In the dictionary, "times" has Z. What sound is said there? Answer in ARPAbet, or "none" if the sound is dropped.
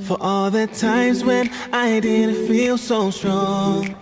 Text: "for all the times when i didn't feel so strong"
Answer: Z